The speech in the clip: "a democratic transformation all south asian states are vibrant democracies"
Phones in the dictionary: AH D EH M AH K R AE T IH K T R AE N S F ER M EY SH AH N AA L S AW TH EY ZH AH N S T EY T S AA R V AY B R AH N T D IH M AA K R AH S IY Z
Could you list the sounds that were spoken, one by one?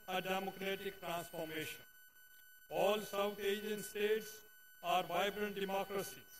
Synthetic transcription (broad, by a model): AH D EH M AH K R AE T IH K T R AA N S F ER M EY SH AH N AA L S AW T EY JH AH N S T EY T S AA R V AY B R AH N T D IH M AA K R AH S IY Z